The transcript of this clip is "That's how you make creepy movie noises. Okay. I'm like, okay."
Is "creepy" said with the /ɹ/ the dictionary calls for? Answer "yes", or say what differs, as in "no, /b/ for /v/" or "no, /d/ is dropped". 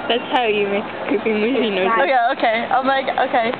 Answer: no, /ɹ/ is dropped